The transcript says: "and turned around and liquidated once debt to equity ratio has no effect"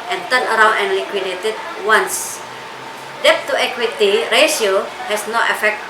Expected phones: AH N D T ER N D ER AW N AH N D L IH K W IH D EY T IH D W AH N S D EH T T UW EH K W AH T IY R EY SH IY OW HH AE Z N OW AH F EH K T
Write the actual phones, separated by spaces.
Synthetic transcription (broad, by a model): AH N T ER N ER AW N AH N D L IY K W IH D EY T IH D W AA N S D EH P T UW EH K W AH T IY R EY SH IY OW HH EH S N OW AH F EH K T